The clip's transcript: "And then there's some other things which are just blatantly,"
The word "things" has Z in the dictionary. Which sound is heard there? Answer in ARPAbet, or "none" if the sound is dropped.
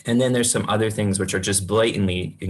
Z